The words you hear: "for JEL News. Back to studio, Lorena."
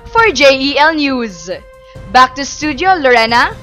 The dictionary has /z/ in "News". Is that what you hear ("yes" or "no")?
yes